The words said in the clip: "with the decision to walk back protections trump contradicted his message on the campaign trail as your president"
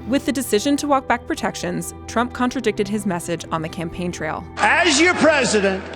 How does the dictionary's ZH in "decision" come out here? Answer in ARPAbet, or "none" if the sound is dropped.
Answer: ZH